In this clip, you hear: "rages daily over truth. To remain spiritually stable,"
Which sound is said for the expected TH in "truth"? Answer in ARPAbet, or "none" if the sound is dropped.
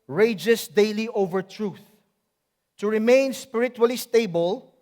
TH